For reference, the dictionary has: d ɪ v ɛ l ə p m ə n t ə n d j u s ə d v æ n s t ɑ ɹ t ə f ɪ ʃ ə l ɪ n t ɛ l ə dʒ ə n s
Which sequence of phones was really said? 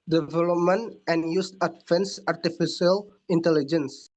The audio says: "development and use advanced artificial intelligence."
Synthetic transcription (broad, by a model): d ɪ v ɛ l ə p m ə n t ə n j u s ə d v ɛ n s ɑ ɹ t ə f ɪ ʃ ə l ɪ n t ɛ l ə dʒ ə n s